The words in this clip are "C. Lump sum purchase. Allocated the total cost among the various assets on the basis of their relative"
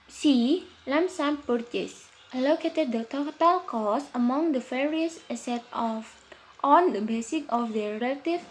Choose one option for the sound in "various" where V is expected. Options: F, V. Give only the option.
F